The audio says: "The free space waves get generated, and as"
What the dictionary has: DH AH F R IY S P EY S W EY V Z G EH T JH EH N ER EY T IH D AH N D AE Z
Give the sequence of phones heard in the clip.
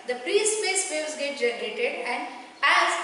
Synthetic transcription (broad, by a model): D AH P R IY S P EY S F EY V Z G EH T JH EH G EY T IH D AH N D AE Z